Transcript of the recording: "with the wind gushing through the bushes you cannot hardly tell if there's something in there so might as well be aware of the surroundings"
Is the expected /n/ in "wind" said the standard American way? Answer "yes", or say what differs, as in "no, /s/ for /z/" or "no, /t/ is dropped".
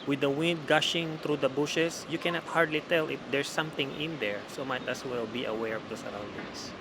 yes